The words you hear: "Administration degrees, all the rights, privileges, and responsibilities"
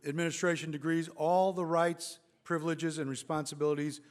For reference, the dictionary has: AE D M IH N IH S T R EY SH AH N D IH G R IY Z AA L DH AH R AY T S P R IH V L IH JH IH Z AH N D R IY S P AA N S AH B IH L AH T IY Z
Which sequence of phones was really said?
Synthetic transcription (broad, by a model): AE D M IH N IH S T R EY SH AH N D IH G R IY Z AA L DH AH R AY T S P R IH V L IH JH IH Z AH N R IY S P AA N S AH B IH L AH T IY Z